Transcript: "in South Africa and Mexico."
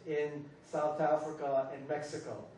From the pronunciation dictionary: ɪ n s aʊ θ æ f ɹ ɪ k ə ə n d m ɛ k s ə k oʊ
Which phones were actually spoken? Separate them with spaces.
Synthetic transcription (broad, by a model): ɪ n s aʊ θ æ f ɹ ɪ k ə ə n m ɛ k s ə k oʊ